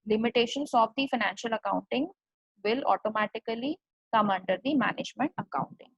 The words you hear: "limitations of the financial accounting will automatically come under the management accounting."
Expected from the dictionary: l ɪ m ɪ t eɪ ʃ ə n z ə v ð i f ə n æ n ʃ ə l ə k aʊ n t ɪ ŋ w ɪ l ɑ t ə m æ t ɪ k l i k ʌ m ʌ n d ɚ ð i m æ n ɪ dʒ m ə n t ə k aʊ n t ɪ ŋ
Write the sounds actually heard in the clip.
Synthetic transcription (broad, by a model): l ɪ m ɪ t eɪ ʃ ə n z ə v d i f ə n æ n ʃ ə l ə k aʊ n t ɪ ŋ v ɪ l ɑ t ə m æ t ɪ k l i k ʌ m ʌ n d ɚ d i m æ n ɪ dʒ m ə n t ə k aʊ n t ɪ ŋ